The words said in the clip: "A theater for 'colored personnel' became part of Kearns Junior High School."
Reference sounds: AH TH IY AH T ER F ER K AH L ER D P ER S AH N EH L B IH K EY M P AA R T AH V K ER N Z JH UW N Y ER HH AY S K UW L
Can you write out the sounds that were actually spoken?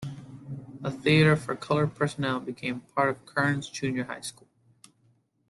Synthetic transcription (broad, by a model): AH TH IY AH T ER F ER K AH L ER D P ER S AH N EH L B IH K EY M P AA R T AH V K ER N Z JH UW N Y ER HH AY S K UW L